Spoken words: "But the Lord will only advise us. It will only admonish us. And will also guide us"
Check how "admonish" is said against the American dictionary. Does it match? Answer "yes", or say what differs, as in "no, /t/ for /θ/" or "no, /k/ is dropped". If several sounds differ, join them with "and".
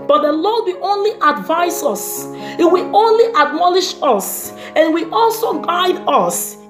no, /l/ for /n/